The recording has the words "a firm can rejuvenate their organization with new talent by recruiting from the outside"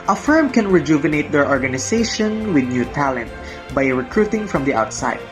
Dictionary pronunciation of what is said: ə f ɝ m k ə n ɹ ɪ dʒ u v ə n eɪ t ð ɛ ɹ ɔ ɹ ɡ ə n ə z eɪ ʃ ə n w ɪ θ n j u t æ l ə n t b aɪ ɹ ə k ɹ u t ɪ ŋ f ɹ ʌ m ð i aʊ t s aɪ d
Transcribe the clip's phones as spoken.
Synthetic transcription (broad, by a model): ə f ɝ m k ə n ɹ ɪ dʒ u v ə n eɪ t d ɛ ɹ ɔ ɹ ɡ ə n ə s eɪ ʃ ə n w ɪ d n j u t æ l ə n t b aɪ ɹ ə k ɹ u t ɪ ŋ f ɹ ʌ m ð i aʊ t s aɪ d